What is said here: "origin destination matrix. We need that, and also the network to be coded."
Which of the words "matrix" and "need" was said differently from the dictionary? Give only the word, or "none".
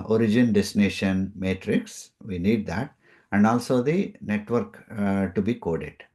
none